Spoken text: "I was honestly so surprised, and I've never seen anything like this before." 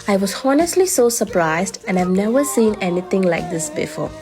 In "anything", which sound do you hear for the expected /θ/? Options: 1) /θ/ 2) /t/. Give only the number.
2